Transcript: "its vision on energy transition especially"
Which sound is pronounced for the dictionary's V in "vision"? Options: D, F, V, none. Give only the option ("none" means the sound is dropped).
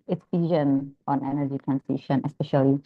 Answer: F